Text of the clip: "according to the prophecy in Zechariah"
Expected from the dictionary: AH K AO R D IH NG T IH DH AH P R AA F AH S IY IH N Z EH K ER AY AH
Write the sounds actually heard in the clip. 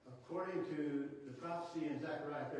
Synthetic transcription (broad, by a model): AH K AO R D IH NG T IH DH AH P R AA F AH S IY IH N Z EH K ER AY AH